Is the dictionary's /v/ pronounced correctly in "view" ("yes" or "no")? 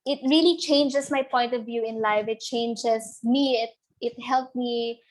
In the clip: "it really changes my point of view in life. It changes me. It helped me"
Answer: yes